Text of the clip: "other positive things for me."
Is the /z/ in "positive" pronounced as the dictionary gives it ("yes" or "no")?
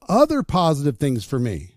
yes